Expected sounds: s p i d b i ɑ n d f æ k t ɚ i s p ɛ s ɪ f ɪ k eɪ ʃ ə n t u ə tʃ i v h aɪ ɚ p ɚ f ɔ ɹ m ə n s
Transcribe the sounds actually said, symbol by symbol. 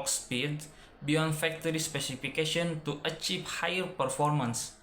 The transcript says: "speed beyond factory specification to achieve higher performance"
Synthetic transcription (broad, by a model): s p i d b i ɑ n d f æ k t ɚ i s p ɛ s ɪ f ɪ k eɪ ʃ ə n t u ə tʃ i v h aɪ ɚ p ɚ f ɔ ɹ m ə n s